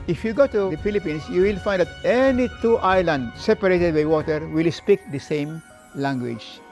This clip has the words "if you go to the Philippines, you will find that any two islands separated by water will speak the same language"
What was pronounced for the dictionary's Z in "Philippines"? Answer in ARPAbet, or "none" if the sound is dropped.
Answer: S